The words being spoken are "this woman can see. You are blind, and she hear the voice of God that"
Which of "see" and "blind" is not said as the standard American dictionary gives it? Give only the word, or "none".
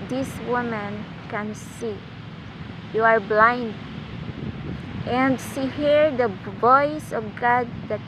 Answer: none